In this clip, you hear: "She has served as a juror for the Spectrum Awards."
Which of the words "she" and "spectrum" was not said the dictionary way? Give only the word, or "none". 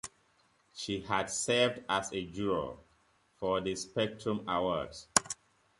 none